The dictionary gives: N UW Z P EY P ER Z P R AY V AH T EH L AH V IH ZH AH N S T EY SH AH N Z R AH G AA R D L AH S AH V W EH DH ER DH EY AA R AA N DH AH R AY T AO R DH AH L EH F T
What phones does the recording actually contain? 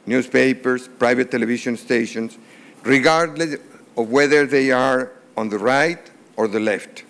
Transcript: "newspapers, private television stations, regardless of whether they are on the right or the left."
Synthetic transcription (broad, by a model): N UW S P EY P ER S P R AY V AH T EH L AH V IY SH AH N S T EY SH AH N S R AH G AA R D L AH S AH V W EH DH ER DH EY AA R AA N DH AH R AY T AO R DH AH L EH F T